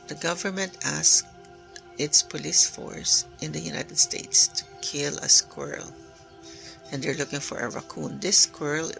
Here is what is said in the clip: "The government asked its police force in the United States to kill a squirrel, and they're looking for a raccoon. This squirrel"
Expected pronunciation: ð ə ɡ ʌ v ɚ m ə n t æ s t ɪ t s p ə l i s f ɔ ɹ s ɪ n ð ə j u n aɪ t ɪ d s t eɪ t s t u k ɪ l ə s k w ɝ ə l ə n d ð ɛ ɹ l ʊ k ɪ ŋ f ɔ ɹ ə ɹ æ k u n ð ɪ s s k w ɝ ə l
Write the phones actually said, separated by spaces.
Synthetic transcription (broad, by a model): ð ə ɡ ʌ v ɚ m ə n t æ s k ɪ t s p ə l i s f ɔ ɹ s ɪ n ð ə j u n aɪ t ɪ d s t eɪ t s t u k ɪ l ə s k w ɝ l ə n d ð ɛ ɹ l ʊ k ɪ ŋ f ɔ ɹ ə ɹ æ k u n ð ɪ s s k w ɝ l